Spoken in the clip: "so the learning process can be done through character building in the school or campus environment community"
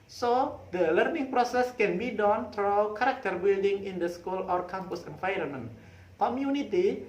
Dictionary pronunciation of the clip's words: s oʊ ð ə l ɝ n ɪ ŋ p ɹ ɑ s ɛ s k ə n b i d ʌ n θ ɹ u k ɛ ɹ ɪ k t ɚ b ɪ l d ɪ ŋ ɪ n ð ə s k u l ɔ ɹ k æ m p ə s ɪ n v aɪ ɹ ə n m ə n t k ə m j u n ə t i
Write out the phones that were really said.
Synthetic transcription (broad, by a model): s oʊ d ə l ɝ n ɪ ŋ p ɹ ɑ s ɛ s k ə n b i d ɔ n t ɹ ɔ k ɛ ɹ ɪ k t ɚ b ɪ l d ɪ ŋ ɪ n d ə s k u l ɔ ɹ k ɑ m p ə s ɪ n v aɪ ɹ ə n m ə n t k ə m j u n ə t i